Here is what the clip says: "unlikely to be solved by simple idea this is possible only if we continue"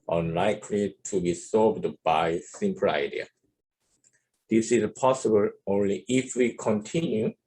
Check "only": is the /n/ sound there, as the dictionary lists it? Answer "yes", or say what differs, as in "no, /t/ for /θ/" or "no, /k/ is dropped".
yes